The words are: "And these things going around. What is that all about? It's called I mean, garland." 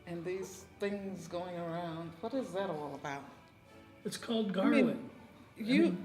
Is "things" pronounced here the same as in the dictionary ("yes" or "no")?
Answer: yes